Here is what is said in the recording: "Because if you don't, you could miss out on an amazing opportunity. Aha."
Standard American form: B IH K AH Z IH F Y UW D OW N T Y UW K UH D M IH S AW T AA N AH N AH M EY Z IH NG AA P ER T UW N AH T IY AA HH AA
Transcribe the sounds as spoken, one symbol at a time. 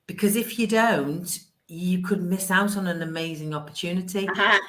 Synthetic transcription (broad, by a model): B IH K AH Z IH F Y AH D OW N T Y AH K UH D M IH S AW T N AH N AH M EY Z IH NG AA P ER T UW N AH T IY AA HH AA